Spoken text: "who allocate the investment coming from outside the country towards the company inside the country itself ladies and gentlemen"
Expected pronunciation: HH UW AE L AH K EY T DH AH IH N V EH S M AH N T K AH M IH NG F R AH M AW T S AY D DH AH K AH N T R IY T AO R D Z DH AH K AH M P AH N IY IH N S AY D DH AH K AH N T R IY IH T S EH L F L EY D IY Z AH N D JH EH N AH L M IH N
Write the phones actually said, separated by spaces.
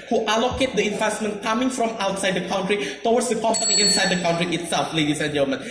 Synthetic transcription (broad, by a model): HH UW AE L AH K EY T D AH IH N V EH S M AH N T K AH M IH NG F R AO M AW T S AY D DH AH K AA N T R IY T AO W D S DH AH K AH M P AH N IY IH N S AY D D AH K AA N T R IY IH T S EH L F L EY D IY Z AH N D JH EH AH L M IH N